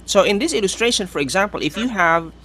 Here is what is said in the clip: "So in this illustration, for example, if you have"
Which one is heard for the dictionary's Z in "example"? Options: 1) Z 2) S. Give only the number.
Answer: 1